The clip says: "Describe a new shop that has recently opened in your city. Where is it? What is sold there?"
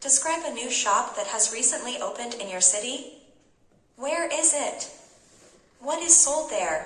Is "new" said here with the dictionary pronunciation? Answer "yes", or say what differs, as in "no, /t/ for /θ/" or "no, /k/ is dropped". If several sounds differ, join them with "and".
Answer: yes